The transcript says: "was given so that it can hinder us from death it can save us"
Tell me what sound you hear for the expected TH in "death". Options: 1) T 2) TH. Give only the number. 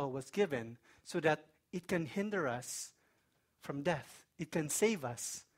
2